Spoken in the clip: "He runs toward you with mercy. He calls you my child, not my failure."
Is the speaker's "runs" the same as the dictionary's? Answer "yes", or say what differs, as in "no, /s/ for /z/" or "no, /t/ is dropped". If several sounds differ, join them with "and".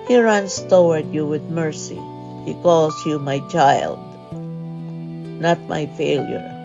no, /s/ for /z/